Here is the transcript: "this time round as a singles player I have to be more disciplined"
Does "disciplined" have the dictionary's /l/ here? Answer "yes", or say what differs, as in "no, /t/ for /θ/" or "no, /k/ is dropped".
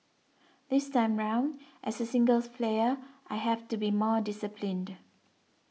yes